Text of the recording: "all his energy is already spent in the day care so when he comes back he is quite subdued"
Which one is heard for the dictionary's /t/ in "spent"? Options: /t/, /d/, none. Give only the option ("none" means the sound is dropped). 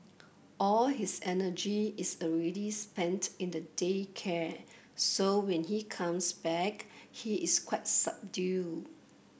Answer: /t/